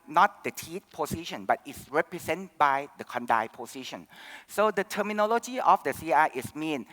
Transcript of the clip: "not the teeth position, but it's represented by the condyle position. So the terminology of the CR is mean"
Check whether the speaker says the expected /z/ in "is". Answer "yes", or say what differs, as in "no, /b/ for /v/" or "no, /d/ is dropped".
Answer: no, /s/ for /z/